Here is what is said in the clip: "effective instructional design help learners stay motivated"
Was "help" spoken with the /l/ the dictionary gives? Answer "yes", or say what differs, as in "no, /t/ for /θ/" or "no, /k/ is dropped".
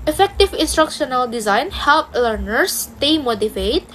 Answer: yes